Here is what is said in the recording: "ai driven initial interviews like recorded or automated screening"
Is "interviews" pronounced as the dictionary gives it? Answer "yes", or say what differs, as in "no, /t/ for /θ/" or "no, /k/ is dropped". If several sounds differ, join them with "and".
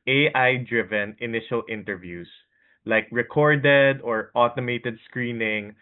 no, /s/ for /z/